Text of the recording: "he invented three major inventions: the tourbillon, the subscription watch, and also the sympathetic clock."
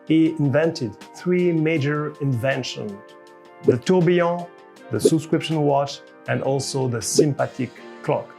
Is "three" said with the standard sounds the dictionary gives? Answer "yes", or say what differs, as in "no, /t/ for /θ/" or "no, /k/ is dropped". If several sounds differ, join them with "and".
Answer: yes